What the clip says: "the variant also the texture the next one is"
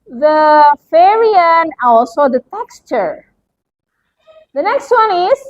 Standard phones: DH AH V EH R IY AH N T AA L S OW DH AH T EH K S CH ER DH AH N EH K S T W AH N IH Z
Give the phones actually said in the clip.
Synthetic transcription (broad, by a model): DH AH F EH R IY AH N AA L S OW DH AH T EH K S CH ER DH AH N EH K S T W AH N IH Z